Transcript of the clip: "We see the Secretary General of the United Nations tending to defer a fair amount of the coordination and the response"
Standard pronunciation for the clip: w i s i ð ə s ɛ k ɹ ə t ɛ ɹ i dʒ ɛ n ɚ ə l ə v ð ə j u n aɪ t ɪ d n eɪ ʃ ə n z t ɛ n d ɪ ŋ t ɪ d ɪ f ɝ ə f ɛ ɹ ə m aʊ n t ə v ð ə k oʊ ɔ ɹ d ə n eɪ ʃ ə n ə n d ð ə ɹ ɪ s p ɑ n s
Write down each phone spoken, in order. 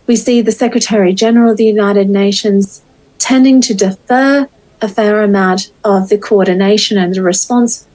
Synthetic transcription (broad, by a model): w i s i ð ə s ɛ k ɹ ə t ɛ ɹ i dʒ ɛ n ɚ ə l ə v ð ə j u n aɪ t ɪ d n eɪ ʃ ə n z t ɛ n d ɪ ŋ t ɪ d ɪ f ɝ ə f ɛ ɹ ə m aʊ t ə v ð ə k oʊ ɔ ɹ d n eɪ ʃ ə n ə n ð ə ɹ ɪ s p ɑ n s